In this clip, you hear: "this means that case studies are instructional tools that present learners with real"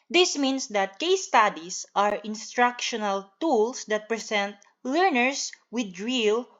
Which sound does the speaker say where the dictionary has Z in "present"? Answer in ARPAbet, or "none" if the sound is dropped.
S